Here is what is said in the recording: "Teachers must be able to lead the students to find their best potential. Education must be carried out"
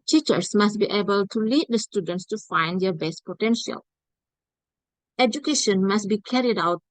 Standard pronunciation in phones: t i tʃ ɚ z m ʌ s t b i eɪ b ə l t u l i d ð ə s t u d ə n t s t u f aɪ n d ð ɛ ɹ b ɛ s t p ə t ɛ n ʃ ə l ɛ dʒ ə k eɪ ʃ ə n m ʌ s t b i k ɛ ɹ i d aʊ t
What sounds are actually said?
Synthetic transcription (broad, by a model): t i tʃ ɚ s m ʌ s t b i eɪ b ə l t u l i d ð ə s t u d ə n t s t u f aɪ n d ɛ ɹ b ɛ s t p ə t ɛ n ʃ ə l ɛ dʒ ə k eɪ ʃ ə n m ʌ s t b i k ɛ ɹ i d aʊ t